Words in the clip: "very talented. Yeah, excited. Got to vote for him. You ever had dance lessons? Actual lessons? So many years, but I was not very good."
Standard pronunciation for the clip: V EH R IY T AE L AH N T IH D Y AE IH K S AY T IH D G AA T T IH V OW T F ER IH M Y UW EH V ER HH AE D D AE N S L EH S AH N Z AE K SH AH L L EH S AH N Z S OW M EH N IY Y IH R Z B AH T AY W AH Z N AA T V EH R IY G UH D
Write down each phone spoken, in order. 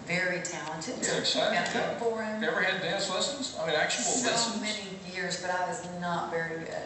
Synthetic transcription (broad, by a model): V EH R IY T AE L AH N T IH D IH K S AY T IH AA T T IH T F ER IH M EH V ER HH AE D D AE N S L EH S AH N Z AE K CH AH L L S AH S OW M EH N IY Y IH R Z B AH T AY W AH Z N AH T V EH R IY